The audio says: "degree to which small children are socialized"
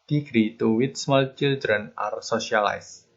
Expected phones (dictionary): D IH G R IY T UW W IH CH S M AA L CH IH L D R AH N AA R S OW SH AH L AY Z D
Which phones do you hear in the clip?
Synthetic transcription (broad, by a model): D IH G R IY T UW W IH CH S M AA L CH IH L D R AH N AA R S OW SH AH L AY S